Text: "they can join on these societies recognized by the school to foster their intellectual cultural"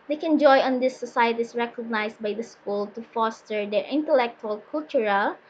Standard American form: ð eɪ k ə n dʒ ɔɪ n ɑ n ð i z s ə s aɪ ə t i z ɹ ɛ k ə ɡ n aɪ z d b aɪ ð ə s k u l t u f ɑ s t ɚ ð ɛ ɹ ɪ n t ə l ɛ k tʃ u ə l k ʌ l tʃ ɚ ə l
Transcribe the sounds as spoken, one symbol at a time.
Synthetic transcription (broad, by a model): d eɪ k ə n dʒ ɔɪ ɑ n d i s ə s aɪ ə t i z ɹ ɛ k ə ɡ n aɪ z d b aɪ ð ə s k u l t u f ɑ s t ɚ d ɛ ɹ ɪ n t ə l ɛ k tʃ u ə l k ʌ l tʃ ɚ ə l